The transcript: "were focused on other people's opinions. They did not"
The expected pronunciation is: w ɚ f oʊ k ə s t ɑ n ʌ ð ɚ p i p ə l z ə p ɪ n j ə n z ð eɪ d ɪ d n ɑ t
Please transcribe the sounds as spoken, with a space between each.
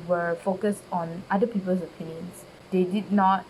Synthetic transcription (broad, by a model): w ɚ f oʊ k ə s t ɑ n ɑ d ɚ p i p ə l s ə p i n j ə n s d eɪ d ɪ d n ɑ t